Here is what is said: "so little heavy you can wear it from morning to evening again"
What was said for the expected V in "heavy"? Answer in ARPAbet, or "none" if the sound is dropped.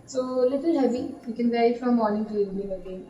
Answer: B